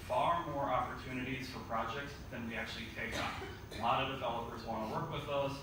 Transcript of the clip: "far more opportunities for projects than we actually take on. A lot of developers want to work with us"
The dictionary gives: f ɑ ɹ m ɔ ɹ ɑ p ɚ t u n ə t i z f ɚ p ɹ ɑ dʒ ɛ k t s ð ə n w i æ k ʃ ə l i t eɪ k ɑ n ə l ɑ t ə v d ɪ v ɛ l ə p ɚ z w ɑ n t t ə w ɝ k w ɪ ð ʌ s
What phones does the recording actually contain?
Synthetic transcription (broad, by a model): f ɑ ɹ m ɔ ɹ ɑ p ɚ t u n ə t i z f ɚ p ɹ ɑ dʒ ɛ k t s ð ə n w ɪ æ k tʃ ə l i t eɪ k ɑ ə l ɑ t ə v d ɪ v ɛ l ə p ɚ z w ɑ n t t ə w ɝ k w ɪ ð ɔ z